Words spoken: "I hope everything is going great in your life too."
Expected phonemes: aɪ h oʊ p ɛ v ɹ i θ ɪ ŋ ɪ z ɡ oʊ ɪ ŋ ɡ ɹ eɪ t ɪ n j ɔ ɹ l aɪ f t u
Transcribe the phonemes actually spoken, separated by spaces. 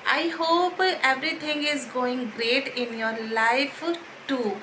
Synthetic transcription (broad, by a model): aɪ h oʊ p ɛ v ɹ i t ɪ ŋ ɪ z ɡ oʊ ɪ ŋ ɡ ɹ eɪ t ɪ n j ɔ ɹ l aɪ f t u